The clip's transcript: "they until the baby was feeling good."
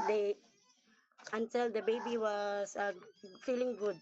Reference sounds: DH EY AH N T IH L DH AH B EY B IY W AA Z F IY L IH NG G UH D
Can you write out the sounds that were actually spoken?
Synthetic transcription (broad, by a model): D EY AH N T IH L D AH B EY B IY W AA S F IY L IH NG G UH D